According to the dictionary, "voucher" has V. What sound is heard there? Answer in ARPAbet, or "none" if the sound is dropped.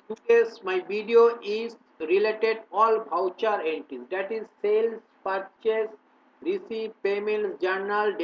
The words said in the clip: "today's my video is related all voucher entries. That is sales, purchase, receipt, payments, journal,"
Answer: B